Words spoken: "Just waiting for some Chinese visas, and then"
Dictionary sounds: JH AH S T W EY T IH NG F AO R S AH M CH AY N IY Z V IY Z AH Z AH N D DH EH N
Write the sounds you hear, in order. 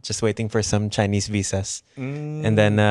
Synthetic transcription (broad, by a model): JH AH S T W EY T IH NG F AO R S AH M CH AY N IY S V IY S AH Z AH N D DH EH N